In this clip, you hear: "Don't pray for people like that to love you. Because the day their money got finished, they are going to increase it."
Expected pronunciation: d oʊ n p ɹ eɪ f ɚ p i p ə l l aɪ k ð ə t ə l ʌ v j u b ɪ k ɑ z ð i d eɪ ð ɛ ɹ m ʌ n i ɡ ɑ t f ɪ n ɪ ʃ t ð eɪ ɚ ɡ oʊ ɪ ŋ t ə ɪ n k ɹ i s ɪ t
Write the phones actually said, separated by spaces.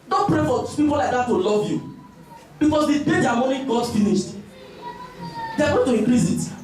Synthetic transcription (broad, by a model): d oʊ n p ɹ eɪ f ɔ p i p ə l l aɪ k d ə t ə l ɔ v j u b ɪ k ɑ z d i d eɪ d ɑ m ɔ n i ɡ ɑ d f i n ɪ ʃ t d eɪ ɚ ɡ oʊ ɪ t ə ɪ k ɹ i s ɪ t